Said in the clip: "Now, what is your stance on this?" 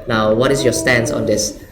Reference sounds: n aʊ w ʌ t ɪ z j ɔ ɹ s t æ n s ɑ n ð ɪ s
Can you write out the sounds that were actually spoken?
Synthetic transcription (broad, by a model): n aʊ w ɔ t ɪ s j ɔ s t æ n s ɑ n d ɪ s